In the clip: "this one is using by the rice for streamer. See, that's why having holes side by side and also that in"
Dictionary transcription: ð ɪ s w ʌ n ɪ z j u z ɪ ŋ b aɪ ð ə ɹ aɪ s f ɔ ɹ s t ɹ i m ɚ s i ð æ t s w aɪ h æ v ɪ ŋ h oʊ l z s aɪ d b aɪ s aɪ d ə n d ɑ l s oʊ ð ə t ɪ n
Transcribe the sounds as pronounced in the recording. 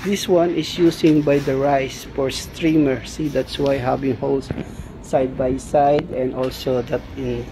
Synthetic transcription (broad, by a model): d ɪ s w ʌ n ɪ s j u s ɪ ŋ b aɪ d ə ɹ aɪ s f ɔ ɹ s t ɹ i m ɚ s i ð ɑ t s w aɪ h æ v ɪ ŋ h oʊ l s s aɪ d b aɪ s aɪ d ə n d ɑ l s oʊ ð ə t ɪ n